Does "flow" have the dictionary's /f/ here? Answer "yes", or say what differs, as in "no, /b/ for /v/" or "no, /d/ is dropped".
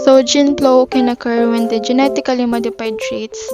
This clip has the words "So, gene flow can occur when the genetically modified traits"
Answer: no, /p/ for /f/